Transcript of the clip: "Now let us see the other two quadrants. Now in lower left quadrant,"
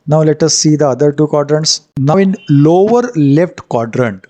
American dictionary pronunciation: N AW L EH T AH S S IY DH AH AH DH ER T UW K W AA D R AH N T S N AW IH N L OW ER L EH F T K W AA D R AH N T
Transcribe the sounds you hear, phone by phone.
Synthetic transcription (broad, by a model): N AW L EH T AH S S IY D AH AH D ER T UW K W AA D R AH N T S N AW IH N L OW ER L EH F T K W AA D R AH N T